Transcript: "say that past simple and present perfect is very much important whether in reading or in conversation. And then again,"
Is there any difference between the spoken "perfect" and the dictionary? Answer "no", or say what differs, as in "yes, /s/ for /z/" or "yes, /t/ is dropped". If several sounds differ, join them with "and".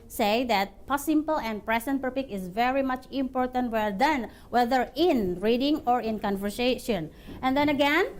yes, /t/ is dropped